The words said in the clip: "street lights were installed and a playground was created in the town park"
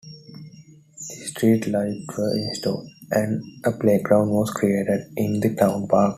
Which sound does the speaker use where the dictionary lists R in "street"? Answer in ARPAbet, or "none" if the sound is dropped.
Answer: R